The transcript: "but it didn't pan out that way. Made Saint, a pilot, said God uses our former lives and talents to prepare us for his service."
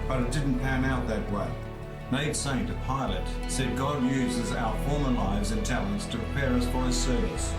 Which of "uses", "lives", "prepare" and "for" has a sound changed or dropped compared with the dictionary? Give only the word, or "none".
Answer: none